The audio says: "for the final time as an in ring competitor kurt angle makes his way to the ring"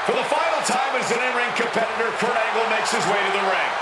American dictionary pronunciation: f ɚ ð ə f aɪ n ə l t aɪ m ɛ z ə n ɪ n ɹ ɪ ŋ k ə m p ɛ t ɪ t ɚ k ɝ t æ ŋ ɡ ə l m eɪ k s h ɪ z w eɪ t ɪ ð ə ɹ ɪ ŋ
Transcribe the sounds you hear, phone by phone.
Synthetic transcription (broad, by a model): f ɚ ð ə f aɪ n l t aɪ m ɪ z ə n ɪ n ɹ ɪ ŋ k ə m p ɛ t ɪ t ɚ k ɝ æ ŋ ɡ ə l m eɪ k s h ɪ z w eɪ t ɪ ð ə ɹ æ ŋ